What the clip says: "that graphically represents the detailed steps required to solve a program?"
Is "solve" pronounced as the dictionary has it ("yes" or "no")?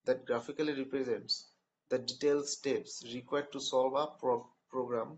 no